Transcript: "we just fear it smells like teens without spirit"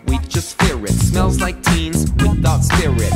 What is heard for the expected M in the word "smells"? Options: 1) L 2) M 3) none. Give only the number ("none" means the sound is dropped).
2